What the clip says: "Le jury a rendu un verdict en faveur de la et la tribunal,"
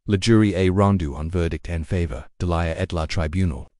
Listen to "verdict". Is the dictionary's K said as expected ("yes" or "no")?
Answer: yes